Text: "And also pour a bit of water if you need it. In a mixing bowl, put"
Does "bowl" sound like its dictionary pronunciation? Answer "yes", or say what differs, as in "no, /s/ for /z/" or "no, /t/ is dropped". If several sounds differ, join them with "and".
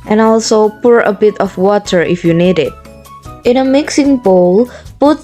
yes